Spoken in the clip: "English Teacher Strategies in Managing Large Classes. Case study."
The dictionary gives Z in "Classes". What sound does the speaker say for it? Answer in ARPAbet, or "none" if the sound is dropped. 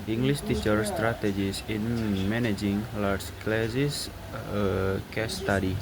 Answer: S